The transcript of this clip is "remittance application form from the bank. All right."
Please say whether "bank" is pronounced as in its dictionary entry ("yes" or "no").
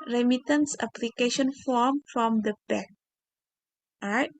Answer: no